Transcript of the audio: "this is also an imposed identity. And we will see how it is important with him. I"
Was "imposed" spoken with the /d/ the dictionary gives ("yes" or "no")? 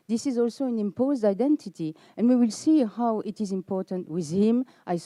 yes